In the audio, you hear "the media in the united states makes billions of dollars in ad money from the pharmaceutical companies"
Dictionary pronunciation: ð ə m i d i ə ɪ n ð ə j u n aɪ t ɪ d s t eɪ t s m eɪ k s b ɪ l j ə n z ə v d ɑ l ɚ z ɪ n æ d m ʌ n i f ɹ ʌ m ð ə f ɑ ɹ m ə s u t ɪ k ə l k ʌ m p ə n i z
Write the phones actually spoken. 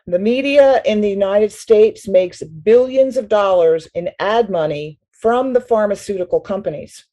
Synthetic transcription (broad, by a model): ð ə m i d i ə ɪ n ð ə j u n aɪ t ɪ d s t eɪ t s m eɪ k s b ɪ l j ə n z ə v d ɑ l ɚ z ɪ n æ d m ʌ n i f ɹ ʌ m ð ə f ɑ ɹ m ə s u t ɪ k l k ʌ m p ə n i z